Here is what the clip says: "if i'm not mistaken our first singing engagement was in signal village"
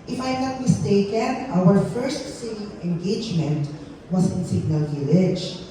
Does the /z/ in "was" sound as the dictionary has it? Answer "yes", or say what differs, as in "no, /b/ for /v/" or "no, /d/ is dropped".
no, /s/ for /z/